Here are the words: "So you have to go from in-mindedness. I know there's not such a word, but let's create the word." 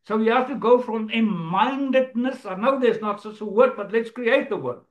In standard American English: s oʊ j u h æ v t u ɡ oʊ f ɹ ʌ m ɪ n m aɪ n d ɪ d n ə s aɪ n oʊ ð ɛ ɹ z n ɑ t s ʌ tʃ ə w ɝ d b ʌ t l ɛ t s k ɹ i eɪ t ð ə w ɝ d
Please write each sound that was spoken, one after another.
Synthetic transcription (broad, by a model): s oʊ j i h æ f t u ɡ oʊ f ɹ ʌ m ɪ m aɪ n d ɪ d n ə s aɪ n oʊ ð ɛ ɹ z n ɑ t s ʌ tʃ ə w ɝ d b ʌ t l ɛ t s k ɹ i eɪ t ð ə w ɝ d